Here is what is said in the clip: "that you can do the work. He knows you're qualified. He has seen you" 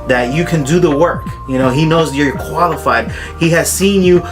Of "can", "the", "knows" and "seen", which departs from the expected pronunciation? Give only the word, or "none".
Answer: none